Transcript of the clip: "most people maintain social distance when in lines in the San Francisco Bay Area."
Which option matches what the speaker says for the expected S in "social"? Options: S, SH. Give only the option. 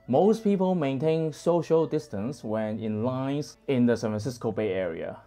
S